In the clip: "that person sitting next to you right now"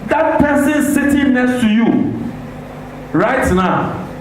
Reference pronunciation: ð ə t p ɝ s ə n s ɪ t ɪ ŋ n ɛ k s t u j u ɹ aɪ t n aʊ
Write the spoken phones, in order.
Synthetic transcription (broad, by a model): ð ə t p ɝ s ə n s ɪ t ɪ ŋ n ɛ k s t u j u ɹ aɪ t n aʊ